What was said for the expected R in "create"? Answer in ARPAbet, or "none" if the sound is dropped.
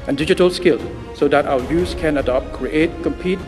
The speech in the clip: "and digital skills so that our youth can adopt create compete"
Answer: R